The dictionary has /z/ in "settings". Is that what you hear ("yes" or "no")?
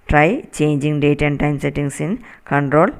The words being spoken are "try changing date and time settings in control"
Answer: no